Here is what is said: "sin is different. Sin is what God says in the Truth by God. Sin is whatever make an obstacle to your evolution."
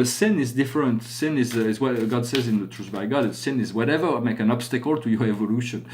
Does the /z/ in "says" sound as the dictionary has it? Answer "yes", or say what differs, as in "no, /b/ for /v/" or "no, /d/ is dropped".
yes